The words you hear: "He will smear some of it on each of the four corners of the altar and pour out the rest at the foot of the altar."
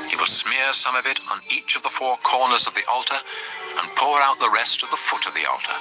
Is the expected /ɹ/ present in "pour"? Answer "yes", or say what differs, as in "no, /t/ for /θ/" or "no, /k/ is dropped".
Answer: yes